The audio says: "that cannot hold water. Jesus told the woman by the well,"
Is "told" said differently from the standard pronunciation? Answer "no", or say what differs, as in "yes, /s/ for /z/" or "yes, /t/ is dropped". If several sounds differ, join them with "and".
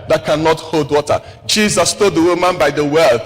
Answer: yes, /l/ is dropped